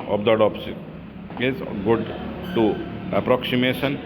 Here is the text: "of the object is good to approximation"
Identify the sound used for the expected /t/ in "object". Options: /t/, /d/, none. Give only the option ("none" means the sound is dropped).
none